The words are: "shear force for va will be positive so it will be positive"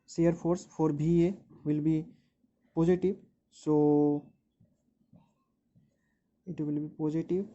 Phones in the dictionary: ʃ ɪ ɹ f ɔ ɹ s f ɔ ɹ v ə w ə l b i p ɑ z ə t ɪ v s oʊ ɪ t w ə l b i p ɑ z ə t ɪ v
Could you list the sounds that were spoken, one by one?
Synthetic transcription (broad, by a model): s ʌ ɹ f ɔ ɹ s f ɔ ɹ b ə w ə l b i p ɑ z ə t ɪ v s oʊ ɪ t w ə l b i p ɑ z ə t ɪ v